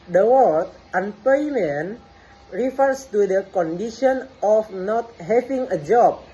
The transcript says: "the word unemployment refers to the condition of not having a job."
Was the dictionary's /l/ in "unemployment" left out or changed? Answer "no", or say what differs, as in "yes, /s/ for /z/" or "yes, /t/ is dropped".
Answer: yes, /l/ is dropped